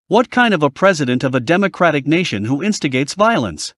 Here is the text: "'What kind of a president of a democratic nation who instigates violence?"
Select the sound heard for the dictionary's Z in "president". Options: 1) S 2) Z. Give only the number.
2